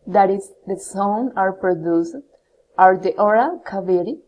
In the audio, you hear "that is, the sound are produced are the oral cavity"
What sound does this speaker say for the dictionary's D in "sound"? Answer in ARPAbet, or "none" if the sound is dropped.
none